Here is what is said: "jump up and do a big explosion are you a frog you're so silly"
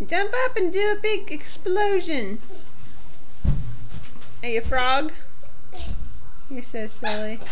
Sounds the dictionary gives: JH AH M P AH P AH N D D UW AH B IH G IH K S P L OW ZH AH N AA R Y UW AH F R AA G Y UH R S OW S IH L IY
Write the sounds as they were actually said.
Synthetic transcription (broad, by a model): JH AH M P AH P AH N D D AH B IH G IH K S P L OW ZH AH N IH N Y AH F R AA G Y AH R S OW S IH L IY